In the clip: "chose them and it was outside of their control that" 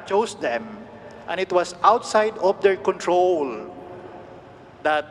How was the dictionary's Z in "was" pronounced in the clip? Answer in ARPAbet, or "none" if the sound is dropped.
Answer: S